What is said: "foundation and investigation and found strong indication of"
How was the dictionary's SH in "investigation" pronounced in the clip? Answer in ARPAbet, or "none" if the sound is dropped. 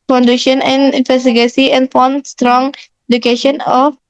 S